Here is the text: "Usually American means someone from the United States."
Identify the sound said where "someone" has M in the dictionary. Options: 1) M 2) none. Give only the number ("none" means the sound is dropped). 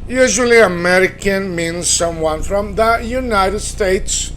1